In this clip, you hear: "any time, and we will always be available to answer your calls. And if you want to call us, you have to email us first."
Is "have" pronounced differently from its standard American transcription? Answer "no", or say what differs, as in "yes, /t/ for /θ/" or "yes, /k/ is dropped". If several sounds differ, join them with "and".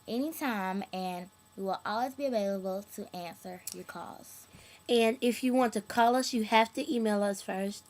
yes, /f/ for /v/